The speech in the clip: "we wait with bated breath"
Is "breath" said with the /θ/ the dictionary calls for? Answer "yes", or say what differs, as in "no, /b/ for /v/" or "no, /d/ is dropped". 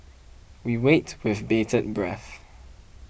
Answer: yes